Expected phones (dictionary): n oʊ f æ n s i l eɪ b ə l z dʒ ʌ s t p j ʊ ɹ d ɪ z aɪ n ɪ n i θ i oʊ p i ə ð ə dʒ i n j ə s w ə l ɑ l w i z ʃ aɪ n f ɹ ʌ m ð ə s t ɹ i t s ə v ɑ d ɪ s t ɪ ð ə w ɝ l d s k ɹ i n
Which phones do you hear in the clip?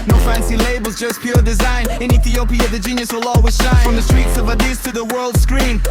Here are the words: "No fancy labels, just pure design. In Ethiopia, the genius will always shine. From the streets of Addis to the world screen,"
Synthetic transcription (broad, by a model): n oʊ f æ n s i l eɪ b ə l z dʒ ʌ s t p j ʊ ɹ d ɪ z aɪ n ɪ n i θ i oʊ p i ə ð ə dʒ i n j ə s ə l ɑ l w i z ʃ aɪ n f ɹ ʌ m ð ə s t ɹ i t s ə v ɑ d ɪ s t ɪ ð ə w ɝ l d s k ɹ i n